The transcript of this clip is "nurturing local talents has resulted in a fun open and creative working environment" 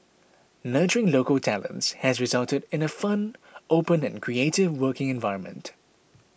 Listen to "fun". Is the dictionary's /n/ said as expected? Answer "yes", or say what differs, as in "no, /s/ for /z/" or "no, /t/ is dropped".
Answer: yes